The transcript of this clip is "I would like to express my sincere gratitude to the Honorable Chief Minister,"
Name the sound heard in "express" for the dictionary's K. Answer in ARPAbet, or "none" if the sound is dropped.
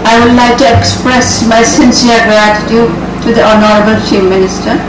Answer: K